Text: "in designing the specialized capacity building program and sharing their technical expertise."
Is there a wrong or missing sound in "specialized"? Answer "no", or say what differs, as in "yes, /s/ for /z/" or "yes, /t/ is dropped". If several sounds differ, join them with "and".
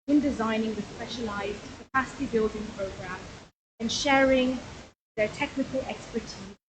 no